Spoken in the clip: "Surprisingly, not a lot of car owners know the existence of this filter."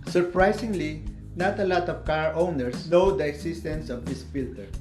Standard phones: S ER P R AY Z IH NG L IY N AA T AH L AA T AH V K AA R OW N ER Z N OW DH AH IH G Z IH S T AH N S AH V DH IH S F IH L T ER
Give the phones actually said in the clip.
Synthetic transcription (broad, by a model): S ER P R AY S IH NG L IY N AA T AH L AA T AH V K AA R OW N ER S N OW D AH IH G S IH S T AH N S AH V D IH S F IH L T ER